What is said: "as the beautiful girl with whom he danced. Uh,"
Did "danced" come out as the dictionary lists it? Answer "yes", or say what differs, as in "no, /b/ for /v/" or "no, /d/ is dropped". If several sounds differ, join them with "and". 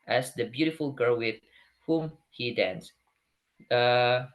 no, /t/ is dropped